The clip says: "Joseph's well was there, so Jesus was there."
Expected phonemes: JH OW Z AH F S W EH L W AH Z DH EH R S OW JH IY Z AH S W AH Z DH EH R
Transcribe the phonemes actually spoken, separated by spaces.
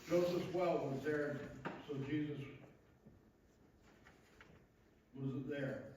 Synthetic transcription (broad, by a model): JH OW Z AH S W EH L W AH Z DH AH R S OW JH IY Z AH S W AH Z DH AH R